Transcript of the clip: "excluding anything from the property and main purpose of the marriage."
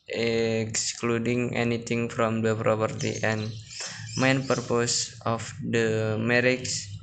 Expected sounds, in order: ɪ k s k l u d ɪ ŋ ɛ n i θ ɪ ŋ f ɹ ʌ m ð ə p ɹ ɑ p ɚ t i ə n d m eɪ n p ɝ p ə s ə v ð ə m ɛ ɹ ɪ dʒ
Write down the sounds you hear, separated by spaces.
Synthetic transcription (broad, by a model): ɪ k s k l u d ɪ ŋ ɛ n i t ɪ ŋ f ɹ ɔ m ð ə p ɹ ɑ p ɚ t i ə n m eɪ n p ɝ p ə s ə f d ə m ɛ ɹ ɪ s